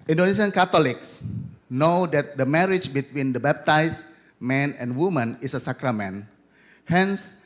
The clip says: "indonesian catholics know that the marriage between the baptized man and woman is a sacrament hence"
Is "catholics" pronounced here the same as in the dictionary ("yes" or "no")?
no